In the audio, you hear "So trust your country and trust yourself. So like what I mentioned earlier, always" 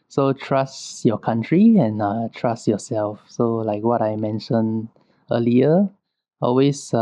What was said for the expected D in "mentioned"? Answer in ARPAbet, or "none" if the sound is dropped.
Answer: none